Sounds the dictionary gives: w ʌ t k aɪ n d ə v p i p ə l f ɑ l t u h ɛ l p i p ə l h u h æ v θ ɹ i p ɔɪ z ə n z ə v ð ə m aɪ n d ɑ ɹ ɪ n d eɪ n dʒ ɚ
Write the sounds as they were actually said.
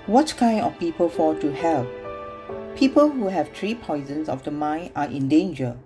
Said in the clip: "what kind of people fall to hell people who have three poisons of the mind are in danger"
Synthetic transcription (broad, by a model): w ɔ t k aɪ n d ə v p i p ə l f ɑ t u h ɛ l p i p ə l h u h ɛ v t ɹ i p ɔɪ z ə n s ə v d ə m aɪ n ɑ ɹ ɪ n d eɪ n dʒ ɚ